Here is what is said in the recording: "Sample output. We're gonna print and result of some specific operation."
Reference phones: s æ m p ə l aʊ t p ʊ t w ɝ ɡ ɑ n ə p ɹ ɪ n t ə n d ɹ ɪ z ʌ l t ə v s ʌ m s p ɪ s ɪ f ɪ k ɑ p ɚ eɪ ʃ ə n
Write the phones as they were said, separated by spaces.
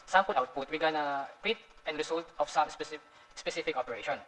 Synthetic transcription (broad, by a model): s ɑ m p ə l aʊ t p ʊ t w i ɡ ɑ n ə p ɪ t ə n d ɹ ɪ s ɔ l t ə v s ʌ m s p ɪ s ɪ f ɪ k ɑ p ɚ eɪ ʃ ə n